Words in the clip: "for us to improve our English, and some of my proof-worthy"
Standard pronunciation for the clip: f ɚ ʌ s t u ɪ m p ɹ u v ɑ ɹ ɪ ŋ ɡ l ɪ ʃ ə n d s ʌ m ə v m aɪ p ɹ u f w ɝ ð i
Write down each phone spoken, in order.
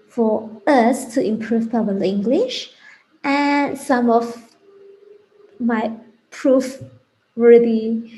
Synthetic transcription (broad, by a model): f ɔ ʌ s t u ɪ m p ɹ u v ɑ l ɪ ŋ ɡ l ɪ ʃ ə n s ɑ m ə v m aɪ p ɹ u f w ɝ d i